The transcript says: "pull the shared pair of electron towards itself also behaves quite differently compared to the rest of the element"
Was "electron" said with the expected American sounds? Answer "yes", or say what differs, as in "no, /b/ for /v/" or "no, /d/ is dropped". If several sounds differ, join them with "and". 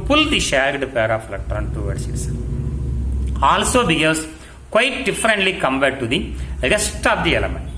no, /k/ is dropped